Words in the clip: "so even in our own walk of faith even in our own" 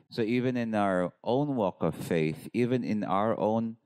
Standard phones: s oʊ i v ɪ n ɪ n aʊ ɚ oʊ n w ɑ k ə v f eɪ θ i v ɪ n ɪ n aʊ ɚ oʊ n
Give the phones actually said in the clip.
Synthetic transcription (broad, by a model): s oʊ i v ɪ n ɪ n aʊ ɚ oʊ n w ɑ k ə v f eɪ θ i v ɪ n ɪ n aʊ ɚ oʊ n